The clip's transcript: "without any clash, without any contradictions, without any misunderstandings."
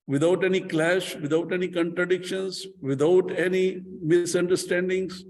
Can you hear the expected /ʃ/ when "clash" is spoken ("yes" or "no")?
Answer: yes